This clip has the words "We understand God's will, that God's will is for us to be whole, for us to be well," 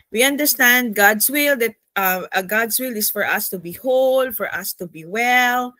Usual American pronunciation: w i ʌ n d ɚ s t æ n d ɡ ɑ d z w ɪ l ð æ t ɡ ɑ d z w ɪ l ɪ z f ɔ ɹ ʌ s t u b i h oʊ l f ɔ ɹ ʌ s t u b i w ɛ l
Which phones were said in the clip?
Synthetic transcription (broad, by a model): w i ʌ n d ɚ s t æ n d ɡ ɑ d s w ɪ l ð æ t ɡ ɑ d s w ɪ l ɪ s f ɔ ɹ ʌ s t u b i h oʊ l f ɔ ɹ ʌ s t u b i w ɛ l